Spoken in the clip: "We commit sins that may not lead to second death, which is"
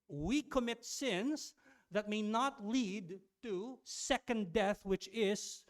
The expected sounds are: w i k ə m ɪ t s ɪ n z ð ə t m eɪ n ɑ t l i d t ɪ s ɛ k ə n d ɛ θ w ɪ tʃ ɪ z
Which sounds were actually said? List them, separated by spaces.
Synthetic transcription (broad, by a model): w i k ə m ɪ t s ɪ n z ð ə t m eɪ n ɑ t l i d t ɪ s ɛ k ə n d ɛ θ w ɪ tʃ ɪ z